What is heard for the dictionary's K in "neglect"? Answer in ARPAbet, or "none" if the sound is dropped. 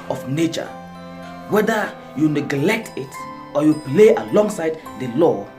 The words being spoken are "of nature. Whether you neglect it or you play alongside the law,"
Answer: K